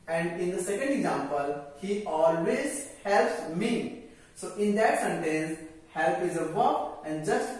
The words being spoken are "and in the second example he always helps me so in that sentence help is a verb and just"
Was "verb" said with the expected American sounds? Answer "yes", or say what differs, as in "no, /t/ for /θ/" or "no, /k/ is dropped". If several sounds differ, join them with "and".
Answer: no, /b/ is dropped